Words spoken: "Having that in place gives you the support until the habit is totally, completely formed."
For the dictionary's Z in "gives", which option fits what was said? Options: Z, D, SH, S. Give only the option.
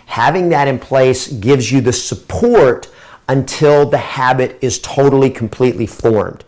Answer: Z